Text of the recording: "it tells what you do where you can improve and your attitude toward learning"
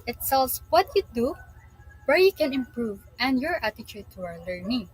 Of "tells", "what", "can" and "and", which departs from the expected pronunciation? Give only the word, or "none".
tells